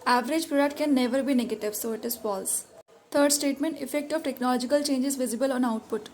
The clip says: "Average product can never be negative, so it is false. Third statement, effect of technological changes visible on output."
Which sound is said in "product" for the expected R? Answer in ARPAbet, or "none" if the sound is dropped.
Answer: none